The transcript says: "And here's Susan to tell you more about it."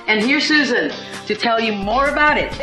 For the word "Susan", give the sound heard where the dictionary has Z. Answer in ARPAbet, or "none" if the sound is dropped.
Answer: Z